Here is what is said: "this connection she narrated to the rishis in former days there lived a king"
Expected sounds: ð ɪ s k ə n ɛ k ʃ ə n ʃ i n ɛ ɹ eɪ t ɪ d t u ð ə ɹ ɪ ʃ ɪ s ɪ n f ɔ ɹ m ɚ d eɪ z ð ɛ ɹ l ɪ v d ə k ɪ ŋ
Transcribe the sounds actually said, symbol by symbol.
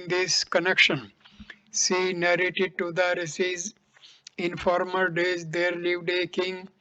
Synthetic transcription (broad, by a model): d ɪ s k ə n ɛ k ʃ ə n s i n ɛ ɹ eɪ t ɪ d t u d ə ɹ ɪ s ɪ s ɪ n f ɔ ɹ m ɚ d eɪ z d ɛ ɹ l ɪ v d ə k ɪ ŋ